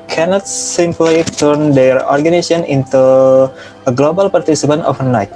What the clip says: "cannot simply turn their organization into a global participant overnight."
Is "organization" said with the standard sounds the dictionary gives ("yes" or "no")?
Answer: no